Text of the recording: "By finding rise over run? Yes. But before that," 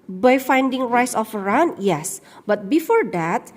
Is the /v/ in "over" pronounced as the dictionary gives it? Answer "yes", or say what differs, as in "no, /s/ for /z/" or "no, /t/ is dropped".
no, /f/ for /v/